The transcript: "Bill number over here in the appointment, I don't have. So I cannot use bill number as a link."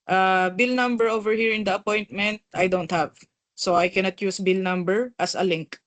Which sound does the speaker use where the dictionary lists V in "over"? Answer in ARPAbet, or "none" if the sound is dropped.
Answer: V